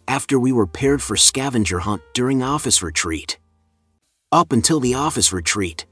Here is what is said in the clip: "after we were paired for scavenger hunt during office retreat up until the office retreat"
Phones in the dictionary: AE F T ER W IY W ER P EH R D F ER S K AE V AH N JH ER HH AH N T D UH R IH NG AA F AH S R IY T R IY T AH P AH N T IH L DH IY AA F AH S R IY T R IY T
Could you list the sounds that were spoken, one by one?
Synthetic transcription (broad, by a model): AE F T ER W IY W ER P EH R D F ER S K AE V AH N JH ER HH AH N D UH R IH NG AA F AH S R IY T R IY T AH P AH N T IH L DH IY AA F AH S R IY T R IY T